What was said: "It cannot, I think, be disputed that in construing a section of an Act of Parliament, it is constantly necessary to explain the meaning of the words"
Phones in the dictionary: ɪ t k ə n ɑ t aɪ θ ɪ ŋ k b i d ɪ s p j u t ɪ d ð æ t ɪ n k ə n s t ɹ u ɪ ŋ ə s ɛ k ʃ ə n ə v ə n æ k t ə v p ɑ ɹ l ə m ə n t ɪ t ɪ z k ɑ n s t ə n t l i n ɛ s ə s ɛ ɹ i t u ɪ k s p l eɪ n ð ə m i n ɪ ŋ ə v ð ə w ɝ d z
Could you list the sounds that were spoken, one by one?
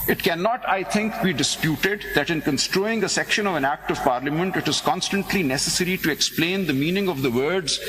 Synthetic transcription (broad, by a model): ɪ t k ə n ɑ t aɪ t ɪ ŋ k b i d ɪ s p j u t ɪ d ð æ t ɪ n k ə n s t ɹ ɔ ɪ ŋ ə s ɛ k ʃ ə n ə v ə n æ k t ə v p ɑ ɹ l ə m ə n t ɪ t ɪ z k ɑ n s t ə n t l i n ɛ s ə s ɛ ɹ i t u ɪ k s p l eɪ n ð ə m i n ɪ ŋ ə v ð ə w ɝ d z